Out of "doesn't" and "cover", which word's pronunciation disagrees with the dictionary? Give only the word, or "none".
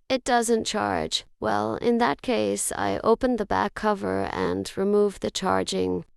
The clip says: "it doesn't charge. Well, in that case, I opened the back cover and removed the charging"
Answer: none